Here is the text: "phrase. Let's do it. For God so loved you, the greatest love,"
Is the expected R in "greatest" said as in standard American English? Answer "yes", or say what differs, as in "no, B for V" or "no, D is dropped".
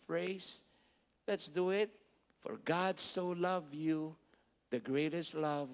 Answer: yes